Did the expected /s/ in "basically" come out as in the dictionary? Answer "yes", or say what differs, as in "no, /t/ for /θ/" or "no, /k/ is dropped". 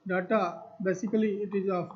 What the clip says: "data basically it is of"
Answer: yes